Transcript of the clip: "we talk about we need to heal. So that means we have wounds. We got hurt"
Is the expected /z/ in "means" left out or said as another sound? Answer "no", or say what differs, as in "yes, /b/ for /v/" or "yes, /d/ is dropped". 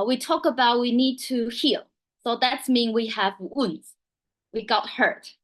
yes, /z/ is dropped